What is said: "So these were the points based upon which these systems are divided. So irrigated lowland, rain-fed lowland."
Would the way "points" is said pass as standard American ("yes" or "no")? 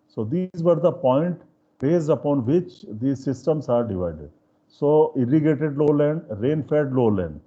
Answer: no